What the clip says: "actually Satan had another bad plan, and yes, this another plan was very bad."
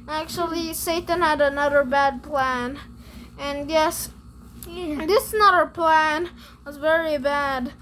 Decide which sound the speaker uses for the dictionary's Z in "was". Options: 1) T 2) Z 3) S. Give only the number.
2